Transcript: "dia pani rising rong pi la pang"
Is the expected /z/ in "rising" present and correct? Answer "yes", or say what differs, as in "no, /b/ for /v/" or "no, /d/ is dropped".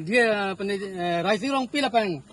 no, /s/ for /z/